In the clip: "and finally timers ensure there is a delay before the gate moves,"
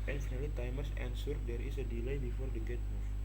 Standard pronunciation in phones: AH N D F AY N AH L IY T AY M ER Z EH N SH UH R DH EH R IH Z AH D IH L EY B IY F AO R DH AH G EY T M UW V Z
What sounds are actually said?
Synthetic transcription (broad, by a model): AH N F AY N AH L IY T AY M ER S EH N S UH R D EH R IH S AH D IH L EY B IY F AO R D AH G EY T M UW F